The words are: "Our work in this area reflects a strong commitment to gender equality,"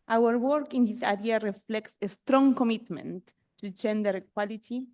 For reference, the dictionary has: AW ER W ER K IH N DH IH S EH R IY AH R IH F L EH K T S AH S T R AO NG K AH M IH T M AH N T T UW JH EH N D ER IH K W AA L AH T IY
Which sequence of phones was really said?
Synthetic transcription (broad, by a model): AW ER W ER K IH N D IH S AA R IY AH R IH F L EH K T S AH S T R AO NG K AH M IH T M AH N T T UW JH EH N D ER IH K W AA L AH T IY